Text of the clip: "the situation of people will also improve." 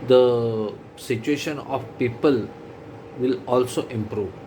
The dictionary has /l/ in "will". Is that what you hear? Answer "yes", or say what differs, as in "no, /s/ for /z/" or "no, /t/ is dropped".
yes